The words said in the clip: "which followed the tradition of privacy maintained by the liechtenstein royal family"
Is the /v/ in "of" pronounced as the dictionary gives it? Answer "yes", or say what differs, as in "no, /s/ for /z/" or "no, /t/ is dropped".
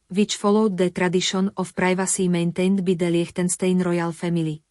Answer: no, /f/ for /v/